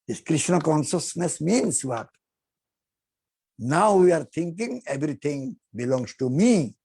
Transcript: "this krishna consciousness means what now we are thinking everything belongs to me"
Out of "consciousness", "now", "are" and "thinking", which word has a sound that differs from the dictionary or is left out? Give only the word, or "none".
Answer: thinking